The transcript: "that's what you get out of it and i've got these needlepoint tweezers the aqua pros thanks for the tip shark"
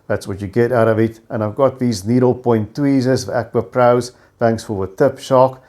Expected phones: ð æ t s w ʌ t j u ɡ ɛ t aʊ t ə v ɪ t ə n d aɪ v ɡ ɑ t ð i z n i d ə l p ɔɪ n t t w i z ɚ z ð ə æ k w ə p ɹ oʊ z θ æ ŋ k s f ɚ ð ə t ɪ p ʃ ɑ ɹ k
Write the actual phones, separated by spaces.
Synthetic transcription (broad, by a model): ð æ t s w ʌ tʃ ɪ ɡ ɛ t aʊ t ə v ɪ t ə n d aɪ v ɡ ɑ t ð i z n i d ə l p ɔɪ n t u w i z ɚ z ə æ k w ə p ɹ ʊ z θ æ ŋ k s f ɚ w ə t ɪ p ʃ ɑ k